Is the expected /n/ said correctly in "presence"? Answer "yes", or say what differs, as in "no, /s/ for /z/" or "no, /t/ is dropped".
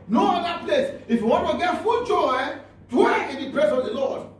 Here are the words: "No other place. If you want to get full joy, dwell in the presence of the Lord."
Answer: no, /n/ is dropped